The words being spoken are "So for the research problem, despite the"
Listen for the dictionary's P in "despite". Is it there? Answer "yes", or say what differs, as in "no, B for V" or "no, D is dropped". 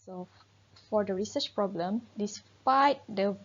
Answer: yes